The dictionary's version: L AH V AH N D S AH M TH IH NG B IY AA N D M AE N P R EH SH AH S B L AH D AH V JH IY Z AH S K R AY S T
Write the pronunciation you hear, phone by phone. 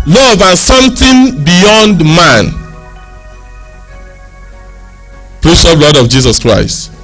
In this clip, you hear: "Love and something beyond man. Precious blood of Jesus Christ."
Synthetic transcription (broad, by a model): L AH V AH N S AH M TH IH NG B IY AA N D M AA N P R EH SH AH B L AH D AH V JH IY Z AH S K R AY S T